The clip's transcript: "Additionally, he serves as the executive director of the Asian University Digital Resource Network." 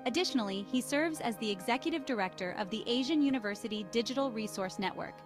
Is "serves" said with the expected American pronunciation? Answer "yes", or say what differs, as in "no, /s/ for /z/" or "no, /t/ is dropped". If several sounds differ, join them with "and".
yes